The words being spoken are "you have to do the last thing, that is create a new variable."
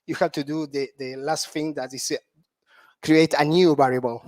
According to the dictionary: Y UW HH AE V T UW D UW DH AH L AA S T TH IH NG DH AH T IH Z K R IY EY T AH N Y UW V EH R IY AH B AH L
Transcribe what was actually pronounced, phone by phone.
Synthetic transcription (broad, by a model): Y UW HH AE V T UW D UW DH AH L AA S T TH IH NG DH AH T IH S K R IY EY T AH N Y UW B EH R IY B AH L